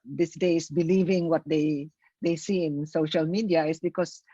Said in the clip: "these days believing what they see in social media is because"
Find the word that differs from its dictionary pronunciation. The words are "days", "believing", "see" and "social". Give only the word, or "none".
days